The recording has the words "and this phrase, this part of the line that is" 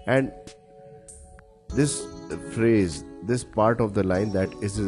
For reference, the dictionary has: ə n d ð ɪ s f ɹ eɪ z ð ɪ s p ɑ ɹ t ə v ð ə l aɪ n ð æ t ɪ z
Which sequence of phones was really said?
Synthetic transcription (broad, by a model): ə n d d ɪ s f ɹ eɪ z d ɪ s p ɑ ɹ t ə v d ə l aɪ n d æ t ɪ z